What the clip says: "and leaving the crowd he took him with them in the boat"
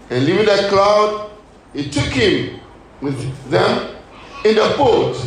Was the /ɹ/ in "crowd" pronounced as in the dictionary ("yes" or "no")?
no